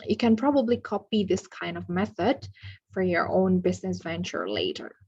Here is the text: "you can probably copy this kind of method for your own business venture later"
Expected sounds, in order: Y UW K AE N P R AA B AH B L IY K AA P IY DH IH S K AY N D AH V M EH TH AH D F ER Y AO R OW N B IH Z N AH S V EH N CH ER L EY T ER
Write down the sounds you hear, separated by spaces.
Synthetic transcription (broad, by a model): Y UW K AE N P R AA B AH B L IY K AA P IY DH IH S K AY N D AH V M EH TH AH D F ER Y AO R OW N B IH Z N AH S V EH N CH ER L EY T ER